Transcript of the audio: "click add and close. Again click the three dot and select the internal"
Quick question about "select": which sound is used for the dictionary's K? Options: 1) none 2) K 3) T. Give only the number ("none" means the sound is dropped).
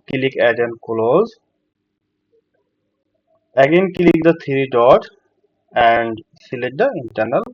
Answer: 1